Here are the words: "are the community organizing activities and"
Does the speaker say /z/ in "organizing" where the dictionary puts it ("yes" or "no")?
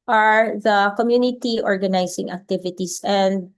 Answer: no